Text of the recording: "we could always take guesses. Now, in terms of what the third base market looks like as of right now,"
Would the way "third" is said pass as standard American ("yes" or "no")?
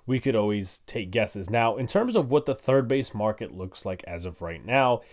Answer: yes